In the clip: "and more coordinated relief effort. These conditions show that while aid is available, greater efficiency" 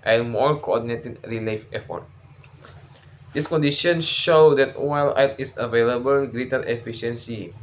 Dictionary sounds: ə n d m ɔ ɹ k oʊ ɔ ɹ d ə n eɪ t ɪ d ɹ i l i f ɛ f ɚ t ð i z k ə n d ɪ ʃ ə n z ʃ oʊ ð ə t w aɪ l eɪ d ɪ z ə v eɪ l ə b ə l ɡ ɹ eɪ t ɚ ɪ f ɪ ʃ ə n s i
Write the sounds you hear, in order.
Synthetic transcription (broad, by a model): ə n m ɔ ɹ k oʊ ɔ d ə n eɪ t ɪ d ɹ i l i f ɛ f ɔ t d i s k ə n d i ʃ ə n ʃ oʊ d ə t w aɪ l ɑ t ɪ s ə v eɪ l ə b ə l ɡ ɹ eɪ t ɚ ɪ f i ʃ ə n s i